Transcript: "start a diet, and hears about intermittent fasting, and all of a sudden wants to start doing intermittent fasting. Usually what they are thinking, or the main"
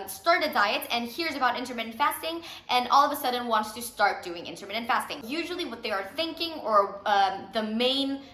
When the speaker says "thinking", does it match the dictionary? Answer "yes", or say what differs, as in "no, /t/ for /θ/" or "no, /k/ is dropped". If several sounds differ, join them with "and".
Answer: yes